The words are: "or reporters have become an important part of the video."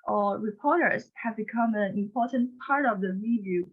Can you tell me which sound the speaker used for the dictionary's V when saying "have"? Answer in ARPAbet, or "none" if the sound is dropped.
V